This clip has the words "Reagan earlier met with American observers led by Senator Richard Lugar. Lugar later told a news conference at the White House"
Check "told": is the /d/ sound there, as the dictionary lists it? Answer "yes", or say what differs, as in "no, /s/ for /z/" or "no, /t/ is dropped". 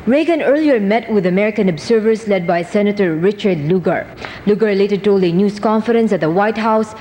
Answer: no, /d/ is dropped